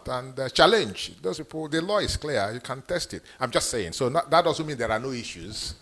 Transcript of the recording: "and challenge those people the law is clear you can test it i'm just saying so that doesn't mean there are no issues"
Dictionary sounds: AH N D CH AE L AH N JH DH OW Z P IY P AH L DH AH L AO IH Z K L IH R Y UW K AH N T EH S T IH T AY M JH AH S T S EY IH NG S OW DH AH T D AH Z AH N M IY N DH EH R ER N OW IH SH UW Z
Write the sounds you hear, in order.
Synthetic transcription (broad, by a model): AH N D CH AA L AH N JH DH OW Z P IY P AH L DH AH L AO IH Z K L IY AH Y UW K AH N T EH S T IH T AY M JH AH S T S EY IH NG S OW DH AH T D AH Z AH M IY N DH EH R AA N OW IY SH UW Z